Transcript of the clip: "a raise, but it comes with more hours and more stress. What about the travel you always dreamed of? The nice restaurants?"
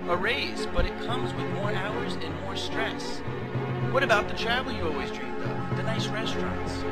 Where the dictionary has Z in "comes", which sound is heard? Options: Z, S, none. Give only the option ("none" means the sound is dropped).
Z